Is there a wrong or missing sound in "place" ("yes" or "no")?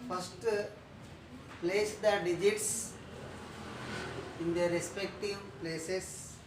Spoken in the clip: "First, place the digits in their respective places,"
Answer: no